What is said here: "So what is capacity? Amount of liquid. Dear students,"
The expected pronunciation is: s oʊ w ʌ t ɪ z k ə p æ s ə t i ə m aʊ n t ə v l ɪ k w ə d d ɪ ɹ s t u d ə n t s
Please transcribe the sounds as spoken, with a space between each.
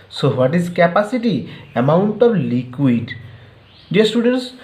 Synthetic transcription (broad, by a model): s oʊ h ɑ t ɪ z k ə p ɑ s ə t i ə m aʊ n t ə b l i k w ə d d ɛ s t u d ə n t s